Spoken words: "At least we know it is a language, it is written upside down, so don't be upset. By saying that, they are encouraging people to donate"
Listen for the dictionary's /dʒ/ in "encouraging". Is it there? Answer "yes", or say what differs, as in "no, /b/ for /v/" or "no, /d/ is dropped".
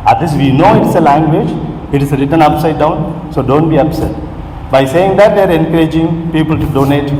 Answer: yes